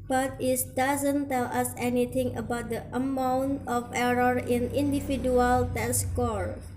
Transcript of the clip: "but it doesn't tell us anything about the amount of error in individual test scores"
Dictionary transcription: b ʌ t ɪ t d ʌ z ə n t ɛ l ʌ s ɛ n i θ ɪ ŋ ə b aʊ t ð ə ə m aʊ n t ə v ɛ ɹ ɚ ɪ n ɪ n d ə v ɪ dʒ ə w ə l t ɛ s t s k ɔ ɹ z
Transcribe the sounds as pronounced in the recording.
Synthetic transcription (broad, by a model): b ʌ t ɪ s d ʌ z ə n t ɛ l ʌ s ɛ n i t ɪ ŋ ə b aʊ t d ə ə m aʊ n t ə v ɛ ɹ ɚ ɪ n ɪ n d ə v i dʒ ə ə l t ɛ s s k ɔ ɹ